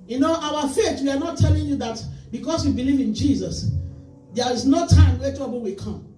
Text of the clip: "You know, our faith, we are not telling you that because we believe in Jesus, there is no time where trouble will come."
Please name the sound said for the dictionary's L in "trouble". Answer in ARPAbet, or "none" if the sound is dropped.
N